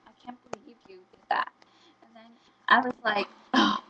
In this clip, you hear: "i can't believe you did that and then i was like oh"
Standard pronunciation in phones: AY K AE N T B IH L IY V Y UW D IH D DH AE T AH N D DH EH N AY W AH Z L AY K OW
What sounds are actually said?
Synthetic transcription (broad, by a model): AY K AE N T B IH IY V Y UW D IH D DH AE T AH N DH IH N AY W AH Z L AY K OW